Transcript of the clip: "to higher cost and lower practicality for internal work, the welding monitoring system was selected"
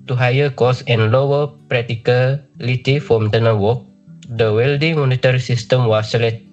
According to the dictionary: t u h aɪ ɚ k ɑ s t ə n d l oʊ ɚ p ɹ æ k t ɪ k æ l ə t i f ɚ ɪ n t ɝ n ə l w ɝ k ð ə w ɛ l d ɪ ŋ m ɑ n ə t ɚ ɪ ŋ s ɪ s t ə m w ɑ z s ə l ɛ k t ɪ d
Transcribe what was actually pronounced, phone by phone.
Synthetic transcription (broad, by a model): t u h aɪ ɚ k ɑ s ə n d l oʊ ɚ p ɹ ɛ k t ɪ k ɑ l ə t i f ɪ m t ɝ n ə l w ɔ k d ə w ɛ l d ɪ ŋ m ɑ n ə t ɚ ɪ s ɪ s t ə m w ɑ s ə l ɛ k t